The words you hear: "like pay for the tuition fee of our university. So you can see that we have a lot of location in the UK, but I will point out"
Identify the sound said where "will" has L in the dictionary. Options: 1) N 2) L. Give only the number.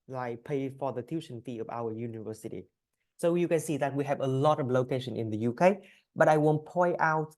1